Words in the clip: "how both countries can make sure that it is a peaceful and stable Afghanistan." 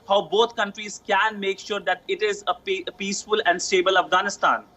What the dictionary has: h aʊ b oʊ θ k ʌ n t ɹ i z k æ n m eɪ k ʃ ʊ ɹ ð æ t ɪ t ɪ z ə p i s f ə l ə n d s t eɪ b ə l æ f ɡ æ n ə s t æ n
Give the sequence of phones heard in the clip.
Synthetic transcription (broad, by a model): h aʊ b oʊ t k ʌ n t ɹ i z k æ n m eɪ k ʃ ʊ ɹ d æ t ɪ t ɪ z ə p i s f ə l ə n d s t eɪ b ə l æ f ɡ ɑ n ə s t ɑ n